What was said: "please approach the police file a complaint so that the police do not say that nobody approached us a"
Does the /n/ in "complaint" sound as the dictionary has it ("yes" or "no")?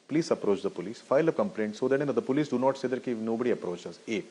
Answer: yes